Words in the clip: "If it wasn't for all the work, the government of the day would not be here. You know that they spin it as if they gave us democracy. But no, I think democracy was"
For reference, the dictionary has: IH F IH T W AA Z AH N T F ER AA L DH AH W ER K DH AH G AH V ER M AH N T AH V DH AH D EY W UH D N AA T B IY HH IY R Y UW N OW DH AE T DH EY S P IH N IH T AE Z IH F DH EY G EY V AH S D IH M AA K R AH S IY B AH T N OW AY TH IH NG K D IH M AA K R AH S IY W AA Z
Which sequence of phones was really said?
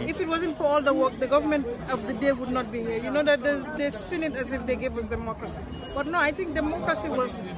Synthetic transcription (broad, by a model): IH F IH T W AA Z AH N T F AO AA L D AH W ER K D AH G AH V ER M AH N T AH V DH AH D EY W UH D N AA T B IY HH IY R Y UW N OW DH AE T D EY S P IH N IH T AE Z IH F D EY G EY V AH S D IH M AA K R AH S IY B AH T N OW AY T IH NG K D IH M AA K R AH S IY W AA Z